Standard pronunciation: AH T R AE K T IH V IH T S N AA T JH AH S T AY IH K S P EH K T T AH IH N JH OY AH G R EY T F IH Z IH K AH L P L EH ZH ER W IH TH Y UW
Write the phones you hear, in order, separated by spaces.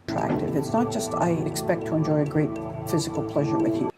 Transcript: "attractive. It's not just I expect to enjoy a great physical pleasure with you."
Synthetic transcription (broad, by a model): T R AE K T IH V IH T S N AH T JH AH S T AY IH K S P EH K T T AH IH N JH OY AH G R EY T F IH Z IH K L P L EH ZH ER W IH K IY